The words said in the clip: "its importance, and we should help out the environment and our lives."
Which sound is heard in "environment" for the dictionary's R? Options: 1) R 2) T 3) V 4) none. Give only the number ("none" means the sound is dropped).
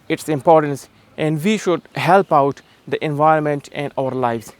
1